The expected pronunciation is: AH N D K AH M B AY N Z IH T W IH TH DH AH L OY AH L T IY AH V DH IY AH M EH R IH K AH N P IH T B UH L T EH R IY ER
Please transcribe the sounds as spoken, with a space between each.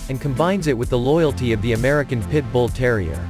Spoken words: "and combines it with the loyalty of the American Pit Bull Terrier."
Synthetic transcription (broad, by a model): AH N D K AH M B AY N Z IH T W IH DH AH L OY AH L T IY AH V DH IY AH M EH R IH K AH N P IH T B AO L T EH R IY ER